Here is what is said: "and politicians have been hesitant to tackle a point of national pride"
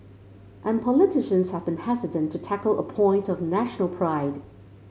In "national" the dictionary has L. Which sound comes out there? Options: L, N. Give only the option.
L